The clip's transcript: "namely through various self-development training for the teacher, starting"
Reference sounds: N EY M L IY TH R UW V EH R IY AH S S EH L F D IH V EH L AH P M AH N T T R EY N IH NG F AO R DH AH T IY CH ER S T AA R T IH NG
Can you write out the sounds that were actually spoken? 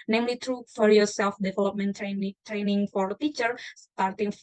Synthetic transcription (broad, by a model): N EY M L IY T R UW F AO R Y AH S S EH L F D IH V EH L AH P M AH N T T R EY N IH NG F AO R T IY CH ER S T AA R T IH NG